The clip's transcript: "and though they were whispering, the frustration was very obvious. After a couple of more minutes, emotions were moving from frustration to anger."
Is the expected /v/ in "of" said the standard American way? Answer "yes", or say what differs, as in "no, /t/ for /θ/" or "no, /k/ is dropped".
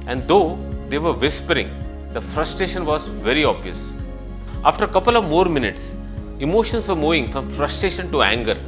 yes